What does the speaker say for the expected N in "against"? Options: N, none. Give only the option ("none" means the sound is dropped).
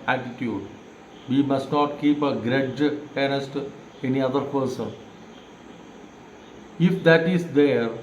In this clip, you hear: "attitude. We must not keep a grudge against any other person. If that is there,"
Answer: none